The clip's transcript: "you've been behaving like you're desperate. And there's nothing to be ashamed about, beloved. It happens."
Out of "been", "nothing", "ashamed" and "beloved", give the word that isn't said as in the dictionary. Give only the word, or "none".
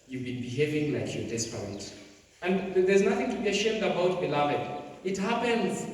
none